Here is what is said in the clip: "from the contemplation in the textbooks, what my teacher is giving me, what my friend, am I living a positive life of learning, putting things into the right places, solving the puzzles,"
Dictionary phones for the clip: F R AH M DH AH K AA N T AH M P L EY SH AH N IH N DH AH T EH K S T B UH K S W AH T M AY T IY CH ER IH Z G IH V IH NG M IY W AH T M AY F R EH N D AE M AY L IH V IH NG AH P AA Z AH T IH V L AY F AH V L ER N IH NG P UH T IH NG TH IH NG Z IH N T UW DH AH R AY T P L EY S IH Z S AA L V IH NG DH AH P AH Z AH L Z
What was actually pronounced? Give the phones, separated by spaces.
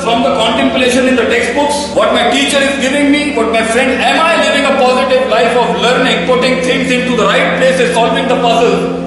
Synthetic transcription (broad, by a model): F R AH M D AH K AA N T AH M P L EY SH AH N IH N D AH T EH K S T B UH K S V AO T M AY T IY CH ER IH Z G IH V IH NG M IY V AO T M AY F R EH N D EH M AY L IH V IH NG AH P AA Z AH T IH V L AY F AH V L ER N IH NG P UH T IH NG T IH NG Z IH N T UW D AH R AY T P L EY S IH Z S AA L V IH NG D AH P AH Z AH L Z